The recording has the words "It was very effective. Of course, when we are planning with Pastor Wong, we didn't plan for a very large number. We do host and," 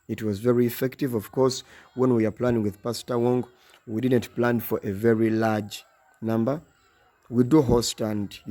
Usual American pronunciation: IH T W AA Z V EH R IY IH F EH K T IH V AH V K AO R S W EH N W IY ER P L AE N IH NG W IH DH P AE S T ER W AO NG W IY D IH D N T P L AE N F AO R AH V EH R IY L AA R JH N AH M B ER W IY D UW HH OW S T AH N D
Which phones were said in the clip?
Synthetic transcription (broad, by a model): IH T W AA Z V EH R IY IH F EH K T IH V AH V K AO R S W EH N W IY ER P L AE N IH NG W IH DH P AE S T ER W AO NG W IY D IH D N T P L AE N F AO R AH V EH R IY L AA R JH N AH M B ER W IY D UW HH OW S T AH N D